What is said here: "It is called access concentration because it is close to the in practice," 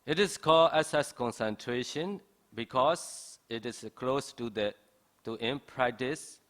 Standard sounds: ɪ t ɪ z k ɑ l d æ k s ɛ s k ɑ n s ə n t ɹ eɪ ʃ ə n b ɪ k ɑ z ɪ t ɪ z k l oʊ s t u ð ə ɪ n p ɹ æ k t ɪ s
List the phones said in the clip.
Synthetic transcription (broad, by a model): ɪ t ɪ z k ɑ l d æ s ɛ s k ɑ n s ə n t ɹ eɪ ʃ ə n b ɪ k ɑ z ɪ t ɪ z k l oʊ s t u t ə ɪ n p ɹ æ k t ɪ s